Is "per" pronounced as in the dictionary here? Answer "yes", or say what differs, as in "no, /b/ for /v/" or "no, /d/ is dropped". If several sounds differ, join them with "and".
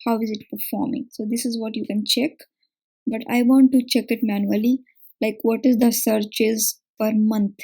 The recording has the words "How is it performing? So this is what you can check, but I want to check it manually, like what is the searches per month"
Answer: no, /f/ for /p/